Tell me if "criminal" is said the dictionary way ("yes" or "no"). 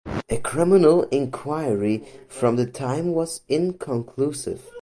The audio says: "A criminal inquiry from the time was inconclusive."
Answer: yes